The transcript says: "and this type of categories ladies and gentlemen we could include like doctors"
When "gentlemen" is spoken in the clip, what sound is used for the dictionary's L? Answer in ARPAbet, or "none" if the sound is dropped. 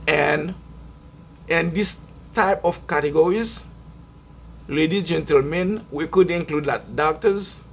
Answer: L